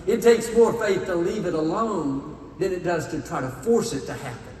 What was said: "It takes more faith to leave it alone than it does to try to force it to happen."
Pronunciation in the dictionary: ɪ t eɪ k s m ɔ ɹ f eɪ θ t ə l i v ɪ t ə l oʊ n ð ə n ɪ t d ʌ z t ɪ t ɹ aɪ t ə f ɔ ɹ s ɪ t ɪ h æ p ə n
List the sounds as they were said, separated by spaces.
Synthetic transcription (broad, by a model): ɪ t eɪ k s m ɔ ɹ f eɪ θ t ə l i v ɪ t ə l oʊ n ð ə n ɪ t d ʌ z t ɪ t ɹ aɪ t ə f ɔ ɹ s ɪ t ɪ h æ p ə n